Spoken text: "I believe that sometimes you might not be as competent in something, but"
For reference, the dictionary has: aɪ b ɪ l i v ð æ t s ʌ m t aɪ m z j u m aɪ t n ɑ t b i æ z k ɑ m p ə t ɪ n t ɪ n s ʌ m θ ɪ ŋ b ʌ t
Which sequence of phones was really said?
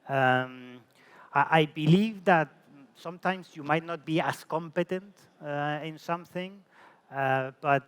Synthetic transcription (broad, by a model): aɪ b ɪ l i v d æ t s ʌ m t aɪ m s j u m aɪ t n ɑ t b i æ s k ɑ m p ə t ɪ n t ɪ n s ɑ m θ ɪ ŋ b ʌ t